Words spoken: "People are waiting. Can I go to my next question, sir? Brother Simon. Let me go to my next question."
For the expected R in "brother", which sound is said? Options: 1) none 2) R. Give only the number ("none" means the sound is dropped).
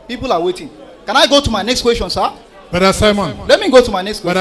1